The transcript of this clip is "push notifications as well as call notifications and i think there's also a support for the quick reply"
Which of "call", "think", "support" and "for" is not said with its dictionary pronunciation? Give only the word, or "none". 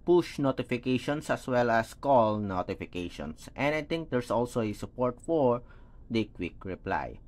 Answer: think